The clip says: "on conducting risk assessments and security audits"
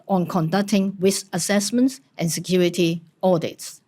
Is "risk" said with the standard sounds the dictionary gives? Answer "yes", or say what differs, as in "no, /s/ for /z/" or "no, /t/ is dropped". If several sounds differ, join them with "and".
no, /w/ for /ɹ/ and /k/ is dropped